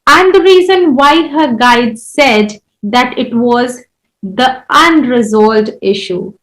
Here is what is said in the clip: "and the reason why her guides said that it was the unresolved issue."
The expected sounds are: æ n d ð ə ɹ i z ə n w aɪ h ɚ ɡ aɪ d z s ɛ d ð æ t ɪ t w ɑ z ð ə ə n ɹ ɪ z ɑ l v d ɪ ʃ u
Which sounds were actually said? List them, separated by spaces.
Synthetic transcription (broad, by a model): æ n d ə ɹ i z ə n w aɪ h ɚ ɡ aɪ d s ɛ d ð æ t ɪ t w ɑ z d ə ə n ɹ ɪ z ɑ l d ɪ ʃ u